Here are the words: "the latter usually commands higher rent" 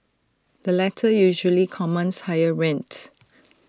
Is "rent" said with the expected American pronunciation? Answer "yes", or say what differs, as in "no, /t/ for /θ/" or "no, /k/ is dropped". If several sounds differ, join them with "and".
yes